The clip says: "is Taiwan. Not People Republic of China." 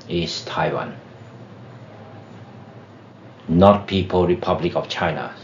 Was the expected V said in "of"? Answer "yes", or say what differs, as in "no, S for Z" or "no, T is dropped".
no, F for V